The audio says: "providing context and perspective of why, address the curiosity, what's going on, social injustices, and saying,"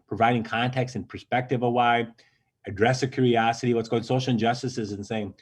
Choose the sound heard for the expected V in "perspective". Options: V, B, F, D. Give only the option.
V